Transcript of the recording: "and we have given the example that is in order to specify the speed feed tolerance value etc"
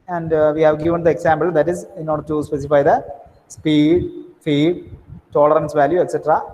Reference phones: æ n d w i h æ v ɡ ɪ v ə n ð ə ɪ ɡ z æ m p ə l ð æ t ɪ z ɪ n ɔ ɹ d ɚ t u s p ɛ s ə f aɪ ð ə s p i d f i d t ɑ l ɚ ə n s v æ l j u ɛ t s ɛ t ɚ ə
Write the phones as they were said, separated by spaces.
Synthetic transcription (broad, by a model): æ n d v i h æ v ɡ ɪ v ə n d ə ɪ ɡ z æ m b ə l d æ t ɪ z ɪ n ɔ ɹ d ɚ t u s p ɛ s ə f aɪ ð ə s p i d f i d t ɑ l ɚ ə n s v æ l j u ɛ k s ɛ t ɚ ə